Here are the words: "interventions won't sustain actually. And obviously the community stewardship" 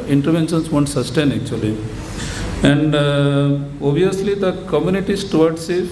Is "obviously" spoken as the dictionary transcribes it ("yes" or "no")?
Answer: no